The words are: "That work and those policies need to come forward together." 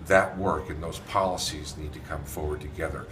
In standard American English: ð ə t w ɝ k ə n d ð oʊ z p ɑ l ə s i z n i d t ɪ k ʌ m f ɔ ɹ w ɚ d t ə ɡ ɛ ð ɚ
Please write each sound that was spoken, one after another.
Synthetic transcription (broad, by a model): ð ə t w ɝ k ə n ð oʊ z p ɑ l ə s i z n i d t ɪ k ʌ m f ɔ ɹ w ɚ d t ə ɡ ɛ ð ɚ